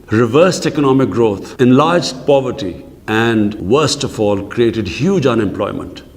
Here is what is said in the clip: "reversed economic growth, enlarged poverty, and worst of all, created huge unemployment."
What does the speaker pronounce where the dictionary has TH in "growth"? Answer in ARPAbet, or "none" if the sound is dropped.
T